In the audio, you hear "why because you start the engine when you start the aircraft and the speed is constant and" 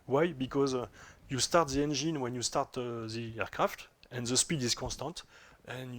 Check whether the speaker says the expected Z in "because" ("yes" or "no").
yes